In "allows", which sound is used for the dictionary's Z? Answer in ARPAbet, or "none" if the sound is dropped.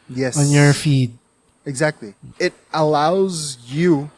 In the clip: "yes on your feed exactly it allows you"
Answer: Z